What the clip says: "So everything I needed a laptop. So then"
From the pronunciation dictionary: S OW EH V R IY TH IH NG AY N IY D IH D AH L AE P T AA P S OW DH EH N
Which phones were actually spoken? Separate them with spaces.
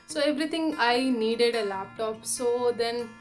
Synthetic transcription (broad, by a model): S OW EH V R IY T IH NG AY N IY D IH D AH L AE P T AA P S OW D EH N